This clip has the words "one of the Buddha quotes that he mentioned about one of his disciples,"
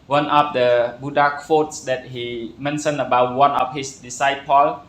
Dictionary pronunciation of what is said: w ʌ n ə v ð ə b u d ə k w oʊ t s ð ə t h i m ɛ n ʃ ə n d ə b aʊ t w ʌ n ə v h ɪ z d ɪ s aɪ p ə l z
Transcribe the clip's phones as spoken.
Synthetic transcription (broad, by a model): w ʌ n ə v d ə b u d ə k w oʊ t s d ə t h i m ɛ n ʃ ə n ə b aʊ t w ʌ n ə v h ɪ s d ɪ s aɪ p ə l